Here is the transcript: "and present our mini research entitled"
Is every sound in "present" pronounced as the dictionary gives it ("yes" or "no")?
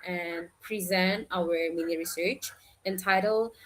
yes